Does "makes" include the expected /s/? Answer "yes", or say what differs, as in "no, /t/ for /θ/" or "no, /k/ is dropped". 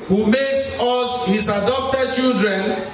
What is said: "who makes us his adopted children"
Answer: yes